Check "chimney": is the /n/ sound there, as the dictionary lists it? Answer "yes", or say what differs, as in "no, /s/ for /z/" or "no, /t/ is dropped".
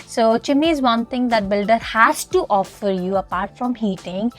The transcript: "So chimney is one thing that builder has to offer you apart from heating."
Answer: no, /n/ is dropped